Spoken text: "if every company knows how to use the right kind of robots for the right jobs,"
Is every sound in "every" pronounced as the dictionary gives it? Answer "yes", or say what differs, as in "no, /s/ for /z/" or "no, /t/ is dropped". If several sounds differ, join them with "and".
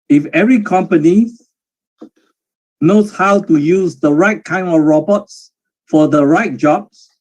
yes